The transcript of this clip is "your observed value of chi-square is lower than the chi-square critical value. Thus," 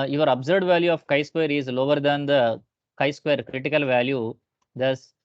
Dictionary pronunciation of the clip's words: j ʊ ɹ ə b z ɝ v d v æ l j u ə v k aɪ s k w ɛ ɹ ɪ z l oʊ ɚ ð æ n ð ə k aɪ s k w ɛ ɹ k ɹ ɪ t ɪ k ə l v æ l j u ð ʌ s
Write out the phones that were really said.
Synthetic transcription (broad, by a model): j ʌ ɹ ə b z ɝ d v æ l j u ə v k aɪ s k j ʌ ɹ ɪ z l oʊ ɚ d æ n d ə k aɪ s k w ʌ ɹ k ɹ ɪ t ɪ k ə l v æ l j u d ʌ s